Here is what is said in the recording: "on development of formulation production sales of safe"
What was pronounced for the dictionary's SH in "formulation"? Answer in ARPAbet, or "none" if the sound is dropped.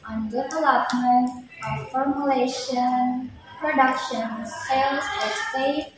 SH